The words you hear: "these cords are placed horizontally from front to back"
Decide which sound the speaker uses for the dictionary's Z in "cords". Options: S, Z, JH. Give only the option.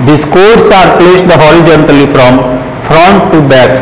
S